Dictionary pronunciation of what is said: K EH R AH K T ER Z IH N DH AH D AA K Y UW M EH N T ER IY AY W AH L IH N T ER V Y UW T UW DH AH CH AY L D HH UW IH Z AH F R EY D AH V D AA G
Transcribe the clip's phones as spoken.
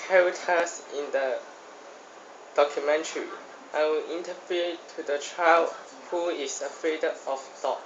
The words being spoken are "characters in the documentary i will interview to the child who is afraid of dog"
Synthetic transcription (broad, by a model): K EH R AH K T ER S IH N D AH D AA K Y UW M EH N T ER IY AY W AH L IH N T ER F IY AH T UW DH AH CH AY L D HH UW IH S AH F R EY D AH F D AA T